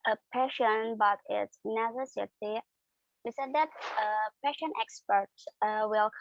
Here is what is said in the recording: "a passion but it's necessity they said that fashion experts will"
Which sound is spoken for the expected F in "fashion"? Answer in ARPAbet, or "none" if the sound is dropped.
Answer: P